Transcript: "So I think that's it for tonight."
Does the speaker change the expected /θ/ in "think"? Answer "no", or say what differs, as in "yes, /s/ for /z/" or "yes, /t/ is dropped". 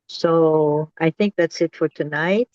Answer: no